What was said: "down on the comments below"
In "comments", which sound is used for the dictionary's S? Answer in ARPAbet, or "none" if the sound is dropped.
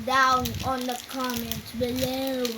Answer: none